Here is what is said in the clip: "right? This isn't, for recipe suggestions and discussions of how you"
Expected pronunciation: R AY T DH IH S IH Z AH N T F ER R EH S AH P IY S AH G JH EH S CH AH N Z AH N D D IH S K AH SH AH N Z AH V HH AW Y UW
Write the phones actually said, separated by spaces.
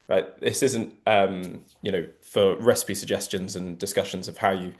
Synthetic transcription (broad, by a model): R AY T DH IH S IH Z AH N T F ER R EH S AH P IY S AH G JH EH S CH AH N Z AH N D D IH S K AH SH AH N Z AH V HH AW Y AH